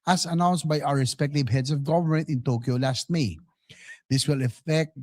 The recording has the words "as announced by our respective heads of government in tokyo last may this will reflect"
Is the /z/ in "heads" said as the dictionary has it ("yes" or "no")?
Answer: no